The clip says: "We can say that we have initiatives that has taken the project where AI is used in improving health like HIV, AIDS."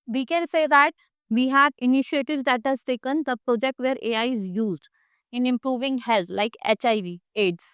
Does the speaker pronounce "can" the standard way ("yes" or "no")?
no